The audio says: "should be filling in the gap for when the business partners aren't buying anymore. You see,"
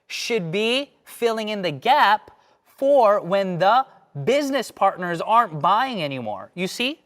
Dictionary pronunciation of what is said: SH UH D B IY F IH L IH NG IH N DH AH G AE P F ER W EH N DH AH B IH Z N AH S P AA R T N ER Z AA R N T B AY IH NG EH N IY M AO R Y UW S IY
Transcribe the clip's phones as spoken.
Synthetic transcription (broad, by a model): SH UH D B IY F IH L IH NG IH N DH AH G AE P F ER W EH N DH AH B IH Z N AH S P AA R T N ER Z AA R N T B AY IH NG EH N IY M AO R Y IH S IY